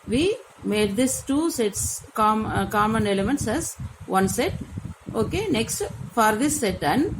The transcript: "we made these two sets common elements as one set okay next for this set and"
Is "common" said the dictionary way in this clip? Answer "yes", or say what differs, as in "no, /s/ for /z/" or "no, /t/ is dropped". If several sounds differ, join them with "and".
yes